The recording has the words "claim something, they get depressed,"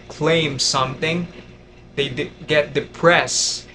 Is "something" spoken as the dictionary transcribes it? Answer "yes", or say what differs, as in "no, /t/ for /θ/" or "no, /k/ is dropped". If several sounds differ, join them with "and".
yes